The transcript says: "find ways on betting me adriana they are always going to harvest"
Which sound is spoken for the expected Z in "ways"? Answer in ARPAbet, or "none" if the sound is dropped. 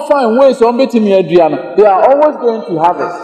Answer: S